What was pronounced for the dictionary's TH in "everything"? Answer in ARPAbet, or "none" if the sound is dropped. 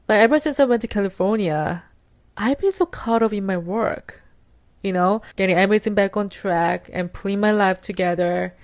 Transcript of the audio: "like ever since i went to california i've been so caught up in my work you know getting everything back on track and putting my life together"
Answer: S